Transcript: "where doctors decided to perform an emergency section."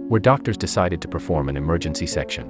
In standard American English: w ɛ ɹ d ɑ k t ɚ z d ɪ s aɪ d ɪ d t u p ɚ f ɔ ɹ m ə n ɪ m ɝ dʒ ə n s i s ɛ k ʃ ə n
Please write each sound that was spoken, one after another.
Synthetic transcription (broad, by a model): w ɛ ɹ d ɑ k t ɚ z d ɪ s aɪ d ɪ d t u p ɚ f ɔ ɹ m ə n ɪ m ɝ dʒ ə n s i s ɛ k ʃ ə n